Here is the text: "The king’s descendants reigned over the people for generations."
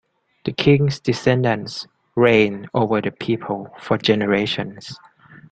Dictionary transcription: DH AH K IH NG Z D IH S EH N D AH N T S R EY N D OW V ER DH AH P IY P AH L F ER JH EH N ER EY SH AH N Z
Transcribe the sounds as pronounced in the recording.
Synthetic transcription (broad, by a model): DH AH K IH NG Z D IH S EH N D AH N S R EY N OW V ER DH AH P IY P AH L F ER JH EH N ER EY SH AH N S